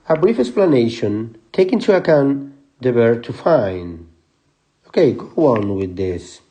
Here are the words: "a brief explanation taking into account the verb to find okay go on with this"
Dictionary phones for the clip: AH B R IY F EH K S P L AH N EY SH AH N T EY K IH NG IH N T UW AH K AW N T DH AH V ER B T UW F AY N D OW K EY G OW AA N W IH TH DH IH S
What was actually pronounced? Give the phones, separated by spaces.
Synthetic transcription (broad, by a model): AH B R IY F EH K S P L AH N EY SH AH N T EY IH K IH N T UW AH K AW N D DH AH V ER T UW F AY N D OW K EY G OW AA N W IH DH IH S